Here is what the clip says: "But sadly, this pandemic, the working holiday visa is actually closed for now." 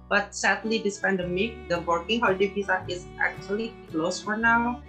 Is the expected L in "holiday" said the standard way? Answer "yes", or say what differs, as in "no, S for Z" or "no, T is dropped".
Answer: no, L is dropped